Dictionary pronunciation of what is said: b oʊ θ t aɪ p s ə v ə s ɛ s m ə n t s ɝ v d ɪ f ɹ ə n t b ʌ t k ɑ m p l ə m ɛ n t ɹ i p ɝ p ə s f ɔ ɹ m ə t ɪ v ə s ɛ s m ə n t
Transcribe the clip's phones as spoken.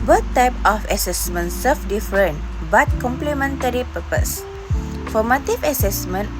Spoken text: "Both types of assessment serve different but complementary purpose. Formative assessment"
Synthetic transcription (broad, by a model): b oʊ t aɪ p ə f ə s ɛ s m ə n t s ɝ f d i f ɹ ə n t b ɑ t k ɑ m p l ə m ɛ n t ɹ i p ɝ p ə s f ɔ m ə t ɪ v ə s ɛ s m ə n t